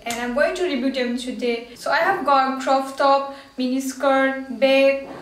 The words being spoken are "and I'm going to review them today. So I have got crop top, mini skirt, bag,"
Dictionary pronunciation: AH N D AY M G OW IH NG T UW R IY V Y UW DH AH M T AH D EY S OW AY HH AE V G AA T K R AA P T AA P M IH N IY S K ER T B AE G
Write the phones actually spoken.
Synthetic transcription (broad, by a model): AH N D AY M G OW IH NG T UW R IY B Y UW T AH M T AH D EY S OW AY HH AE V G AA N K R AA F T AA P M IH N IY S K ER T B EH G